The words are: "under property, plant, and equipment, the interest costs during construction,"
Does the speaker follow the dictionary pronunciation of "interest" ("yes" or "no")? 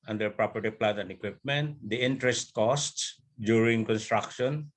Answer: yes